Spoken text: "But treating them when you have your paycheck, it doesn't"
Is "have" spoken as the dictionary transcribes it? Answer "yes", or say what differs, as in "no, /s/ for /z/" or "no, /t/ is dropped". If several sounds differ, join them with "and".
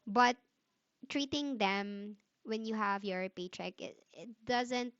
yes